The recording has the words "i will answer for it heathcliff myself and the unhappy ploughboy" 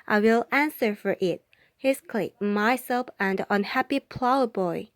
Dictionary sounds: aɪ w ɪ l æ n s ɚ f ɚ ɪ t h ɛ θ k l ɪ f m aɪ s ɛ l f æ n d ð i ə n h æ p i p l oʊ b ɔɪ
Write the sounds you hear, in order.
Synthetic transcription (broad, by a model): aɪ w ɪ l æ n s ɚ f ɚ ɪ t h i s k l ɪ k m aɪ s ɛ l f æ n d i ə n h æ p i p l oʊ b ɔɪ